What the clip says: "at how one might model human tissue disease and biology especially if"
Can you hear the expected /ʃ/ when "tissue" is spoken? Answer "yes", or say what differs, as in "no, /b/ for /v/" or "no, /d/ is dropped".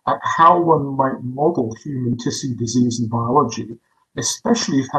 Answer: no, /s/ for /ʃ/